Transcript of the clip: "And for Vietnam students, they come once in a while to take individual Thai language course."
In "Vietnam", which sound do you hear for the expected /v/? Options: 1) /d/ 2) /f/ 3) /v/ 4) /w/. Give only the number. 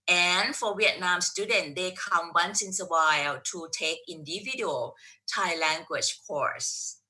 4